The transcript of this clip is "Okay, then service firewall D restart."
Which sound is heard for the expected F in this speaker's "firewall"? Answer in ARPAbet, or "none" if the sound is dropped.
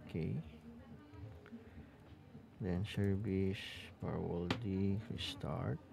P